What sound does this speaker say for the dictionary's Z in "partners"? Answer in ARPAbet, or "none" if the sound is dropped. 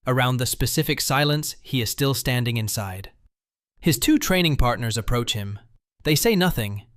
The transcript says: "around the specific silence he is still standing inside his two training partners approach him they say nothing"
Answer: Z